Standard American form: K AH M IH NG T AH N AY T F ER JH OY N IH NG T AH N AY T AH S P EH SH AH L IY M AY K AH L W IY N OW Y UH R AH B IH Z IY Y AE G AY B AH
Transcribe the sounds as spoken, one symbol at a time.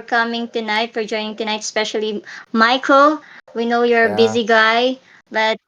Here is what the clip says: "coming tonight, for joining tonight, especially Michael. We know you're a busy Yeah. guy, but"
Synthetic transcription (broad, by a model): K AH M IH NG T AH N AY T F ER JH OY N IH NG T AH N AY T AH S P EH SH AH L IY M AY K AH L W IY N OW Y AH R AH B IH Z IY G AY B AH